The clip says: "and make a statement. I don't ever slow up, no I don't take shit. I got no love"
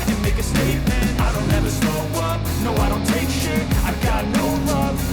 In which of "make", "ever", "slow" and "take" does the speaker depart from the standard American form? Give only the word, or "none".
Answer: slow